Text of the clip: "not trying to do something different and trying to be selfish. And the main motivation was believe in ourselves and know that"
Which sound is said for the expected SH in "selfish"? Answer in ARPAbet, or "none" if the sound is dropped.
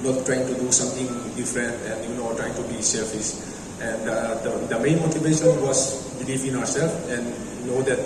S